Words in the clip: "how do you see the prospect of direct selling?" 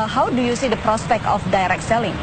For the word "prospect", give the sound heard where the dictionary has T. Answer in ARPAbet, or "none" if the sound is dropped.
T